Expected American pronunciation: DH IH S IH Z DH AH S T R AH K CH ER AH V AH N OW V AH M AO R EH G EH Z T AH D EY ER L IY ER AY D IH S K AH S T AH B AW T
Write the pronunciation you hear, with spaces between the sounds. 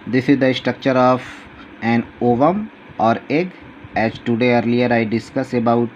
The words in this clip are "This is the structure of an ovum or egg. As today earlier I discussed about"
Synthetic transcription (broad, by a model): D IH S IH Z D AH S T R AH K CH ER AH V AH N OW V AH M AO R EH G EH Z T AH D EY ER L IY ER AY D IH S K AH S AH B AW T